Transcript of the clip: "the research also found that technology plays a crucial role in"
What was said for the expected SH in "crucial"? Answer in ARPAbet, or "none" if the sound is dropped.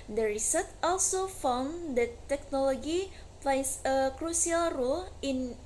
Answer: S